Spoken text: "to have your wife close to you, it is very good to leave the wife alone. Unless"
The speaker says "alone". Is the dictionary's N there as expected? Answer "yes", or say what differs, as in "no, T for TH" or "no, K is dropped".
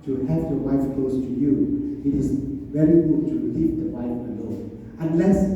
no, N is dropped